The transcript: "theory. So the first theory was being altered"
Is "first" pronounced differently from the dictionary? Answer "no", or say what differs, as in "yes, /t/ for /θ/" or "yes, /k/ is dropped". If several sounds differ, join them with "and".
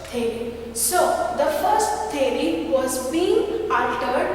no